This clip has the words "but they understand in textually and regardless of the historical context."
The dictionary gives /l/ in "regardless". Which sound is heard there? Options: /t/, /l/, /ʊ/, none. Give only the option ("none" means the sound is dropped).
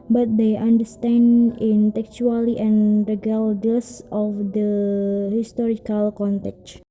none